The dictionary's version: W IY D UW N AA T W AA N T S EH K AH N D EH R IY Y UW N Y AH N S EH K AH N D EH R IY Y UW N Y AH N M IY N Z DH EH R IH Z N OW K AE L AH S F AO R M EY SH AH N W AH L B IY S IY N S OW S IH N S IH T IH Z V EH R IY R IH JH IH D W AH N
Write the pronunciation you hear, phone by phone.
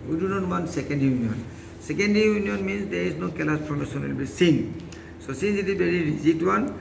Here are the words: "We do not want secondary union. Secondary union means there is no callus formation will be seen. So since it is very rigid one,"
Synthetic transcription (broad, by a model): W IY D UW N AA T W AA N S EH K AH N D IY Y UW N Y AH N S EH K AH N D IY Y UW N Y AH N M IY N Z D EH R IH Z N OW K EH L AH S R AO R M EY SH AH N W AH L B IY S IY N S OW S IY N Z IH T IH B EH R IY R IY Z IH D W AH N